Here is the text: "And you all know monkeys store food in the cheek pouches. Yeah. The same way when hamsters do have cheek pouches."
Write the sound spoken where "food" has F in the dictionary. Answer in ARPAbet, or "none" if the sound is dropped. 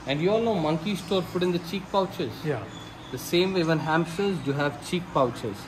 P